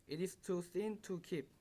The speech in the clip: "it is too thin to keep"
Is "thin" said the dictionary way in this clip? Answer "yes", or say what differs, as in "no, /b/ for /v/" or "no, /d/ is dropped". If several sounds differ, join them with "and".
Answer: no, /s/ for /θ/